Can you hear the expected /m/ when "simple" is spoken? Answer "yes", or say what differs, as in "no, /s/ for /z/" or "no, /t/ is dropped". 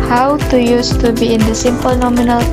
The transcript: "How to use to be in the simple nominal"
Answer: yes